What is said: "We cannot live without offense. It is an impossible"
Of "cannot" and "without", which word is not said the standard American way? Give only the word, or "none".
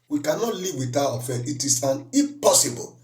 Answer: without